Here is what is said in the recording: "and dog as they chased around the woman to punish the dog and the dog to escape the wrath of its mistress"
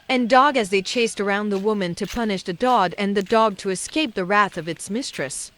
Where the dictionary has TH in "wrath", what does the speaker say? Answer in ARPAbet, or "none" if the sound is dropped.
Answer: TH